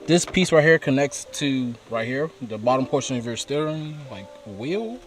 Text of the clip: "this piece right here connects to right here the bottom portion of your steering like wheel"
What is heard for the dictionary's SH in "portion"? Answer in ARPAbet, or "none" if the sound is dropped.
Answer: SH